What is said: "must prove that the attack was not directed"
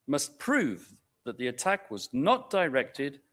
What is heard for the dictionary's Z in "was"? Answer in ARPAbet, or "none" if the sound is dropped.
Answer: Z